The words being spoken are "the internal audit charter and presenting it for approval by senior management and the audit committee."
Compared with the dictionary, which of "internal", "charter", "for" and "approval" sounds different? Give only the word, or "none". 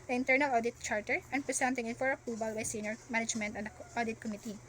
approval